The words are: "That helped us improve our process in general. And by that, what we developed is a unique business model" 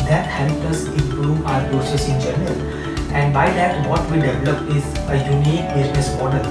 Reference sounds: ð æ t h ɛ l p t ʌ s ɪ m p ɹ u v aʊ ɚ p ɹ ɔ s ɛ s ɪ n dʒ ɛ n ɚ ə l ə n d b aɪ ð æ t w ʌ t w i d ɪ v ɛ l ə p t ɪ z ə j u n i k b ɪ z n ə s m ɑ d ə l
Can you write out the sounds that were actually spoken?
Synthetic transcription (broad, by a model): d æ t h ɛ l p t ʌ s ɪ m p ɹ u v aʊ ɚ p ɹ ɔ s ɛ s ɪ n dʒ ɛ n ɚ ə l ə n d b aɪ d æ t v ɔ t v i d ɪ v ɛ l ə p ɪ z ə j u n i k b ɪ z n ə s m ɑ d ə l